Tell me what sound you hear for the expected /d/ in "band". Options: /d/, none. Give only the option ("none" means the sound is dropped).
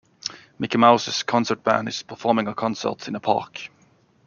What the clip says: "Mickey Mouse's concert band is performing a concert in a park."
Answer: none